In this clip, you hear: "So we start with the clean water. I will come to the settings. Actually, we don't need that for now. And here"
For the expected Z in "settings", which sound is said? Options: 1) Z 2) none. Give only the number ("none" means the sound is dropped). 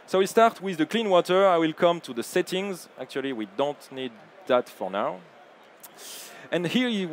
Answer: 1